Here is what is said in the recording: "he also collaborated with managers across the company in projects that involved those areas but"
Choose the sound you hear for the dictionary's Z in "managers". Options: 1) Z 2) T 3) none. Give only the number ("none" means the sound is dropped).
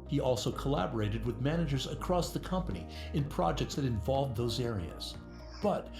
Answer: 1